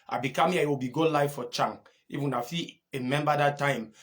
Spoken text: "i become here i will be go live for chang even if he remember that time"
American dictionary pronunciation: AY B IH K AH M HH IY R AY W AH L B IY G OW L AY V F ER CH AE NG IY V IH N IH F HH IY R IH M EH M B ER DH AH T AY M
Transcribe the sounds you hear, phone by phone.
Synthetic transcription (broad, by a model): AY B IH K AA M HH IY AY W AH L B IY G OW L AY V F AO CH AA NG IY F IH N IH F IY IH M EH M B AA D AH T AY M